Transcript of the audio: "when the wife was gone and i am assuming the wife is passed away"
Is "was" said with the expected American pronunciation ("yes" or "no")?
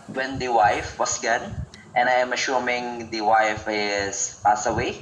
no